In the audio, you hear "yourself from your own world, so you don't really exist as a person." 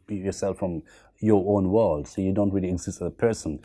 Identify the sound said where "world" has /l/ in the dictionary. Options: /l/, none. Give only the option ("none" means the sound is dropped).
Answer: /l/